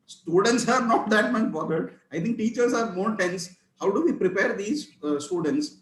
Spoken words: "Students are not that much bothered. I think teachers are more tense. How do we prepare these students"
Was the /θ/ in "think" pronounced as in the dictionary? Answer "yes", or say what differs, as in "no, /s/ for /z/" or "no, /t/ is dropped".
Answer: no, /t/ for /θ/